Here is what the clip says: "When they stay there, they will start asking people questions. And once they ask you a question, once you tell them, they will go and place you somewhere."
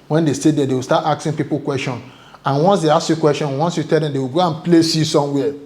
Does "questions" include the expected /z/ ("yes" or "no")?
no